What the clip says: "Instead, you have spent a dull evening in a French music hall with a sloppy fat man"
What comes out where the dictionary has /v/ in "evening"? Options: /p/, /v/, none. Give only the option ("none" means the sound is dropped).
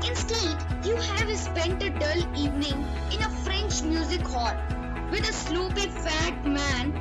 /v/